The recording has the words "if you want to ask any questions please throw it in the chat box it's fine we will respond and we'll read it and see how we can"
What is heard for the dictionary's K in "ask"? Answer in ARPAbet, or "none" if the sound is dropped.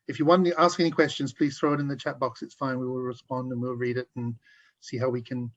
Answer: K